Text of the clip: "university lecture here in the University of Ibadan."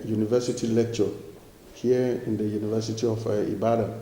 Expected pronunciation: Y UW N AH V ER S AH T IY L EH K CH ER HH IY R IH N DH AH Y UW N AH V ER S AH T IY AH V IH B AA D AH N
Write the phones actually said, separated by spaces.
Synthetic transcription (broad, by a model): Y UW N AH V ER S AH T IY L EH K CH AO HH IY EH IH N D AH Y UW N AH V ER S AH T IY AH F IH B AA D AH